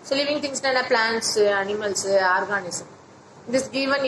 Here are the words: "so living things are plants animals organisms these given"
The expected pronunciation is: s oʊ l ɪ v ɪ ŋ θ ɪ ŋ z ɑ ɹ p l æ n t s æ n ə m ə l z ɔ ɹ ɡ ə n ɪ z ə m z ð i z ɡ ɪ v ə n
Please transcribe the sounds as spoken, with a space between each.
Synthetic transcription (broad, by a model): s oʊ l ɪ v ɪ ŋ t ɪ ŋ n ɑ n p l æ n t s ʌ n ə m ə l s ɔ ɹ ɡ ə n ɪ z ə m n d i s ɡ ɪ v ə n